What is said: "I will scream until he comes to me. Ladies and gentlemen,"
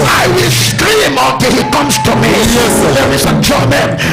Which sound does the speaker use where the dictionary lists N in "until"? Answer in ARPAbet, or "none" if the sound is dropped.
none